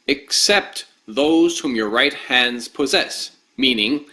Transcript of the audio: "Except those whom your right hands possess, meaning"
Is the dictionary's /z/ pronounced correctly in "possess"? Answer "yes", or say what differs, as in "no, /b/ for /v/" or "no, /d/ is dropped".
yes